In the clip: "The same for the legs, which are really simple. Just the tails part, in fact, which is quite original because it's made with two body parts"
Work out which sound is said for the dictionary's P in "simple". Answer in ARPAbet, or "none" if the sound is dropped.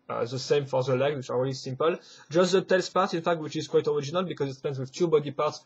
P